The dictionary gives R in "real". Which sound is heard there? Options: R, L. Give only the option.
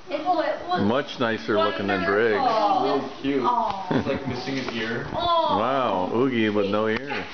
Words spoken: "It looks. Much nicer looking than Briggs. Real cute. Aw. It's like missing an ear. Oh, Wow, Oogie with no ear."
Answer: L